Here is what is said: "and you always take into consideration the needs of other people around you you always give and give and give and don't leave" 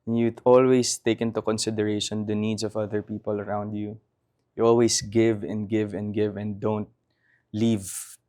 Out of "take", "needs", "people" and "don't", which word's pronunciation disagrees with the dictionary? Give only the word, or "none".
needs